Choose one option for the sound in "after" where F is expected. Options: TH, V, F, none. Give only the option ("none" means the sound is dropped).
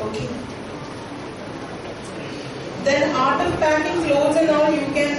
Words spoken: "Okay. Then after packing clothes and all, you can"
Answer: none